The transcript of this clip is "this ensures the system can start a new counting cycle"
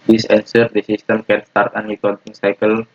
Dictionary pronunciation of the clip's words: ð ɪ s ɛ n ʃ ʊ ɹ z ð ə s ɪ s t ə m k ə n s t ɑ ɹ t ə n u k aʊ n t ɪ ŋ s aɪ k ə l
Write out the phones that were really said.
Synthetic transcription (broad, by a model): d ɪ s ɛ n s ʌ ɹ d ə s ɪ s t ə m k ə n s t ɑ ɹ t ə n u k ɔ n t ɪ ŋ s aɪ k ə l